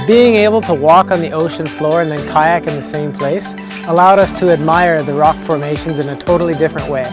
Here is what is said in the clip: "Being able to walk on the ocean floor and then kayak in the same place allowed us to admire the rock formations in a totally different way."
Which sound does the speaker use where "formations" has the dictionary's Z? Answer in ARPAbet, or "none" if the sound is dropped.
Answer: Z